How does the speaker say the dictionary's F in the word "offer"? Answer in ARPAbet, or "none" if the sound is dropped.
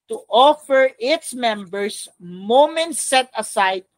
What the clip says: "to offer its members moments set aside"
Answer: F